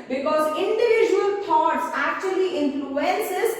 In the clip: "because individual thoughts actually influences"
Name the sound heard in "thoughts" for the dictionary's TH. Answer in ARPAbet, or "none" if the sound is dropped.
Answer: T